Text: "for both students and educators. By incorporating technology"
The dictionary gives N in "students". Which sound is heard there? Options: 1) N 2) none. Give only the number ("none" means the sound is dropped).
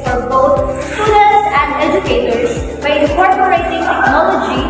2